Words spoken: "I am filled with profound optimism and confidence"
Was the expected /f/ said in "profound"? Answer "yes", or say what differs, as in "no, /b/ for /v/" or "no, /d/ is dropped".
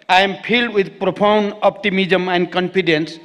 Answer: no, /p/ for /f/